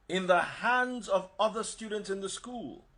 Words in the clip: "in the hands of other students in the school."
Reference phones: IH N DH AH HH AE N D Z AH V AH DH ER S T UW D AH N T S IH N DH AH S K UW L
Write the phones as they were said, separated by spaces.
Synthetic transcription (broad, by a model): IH N DH AH HH AE N D Z AH V AH DH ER S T UW D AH N T S IH N DH AH S K UW L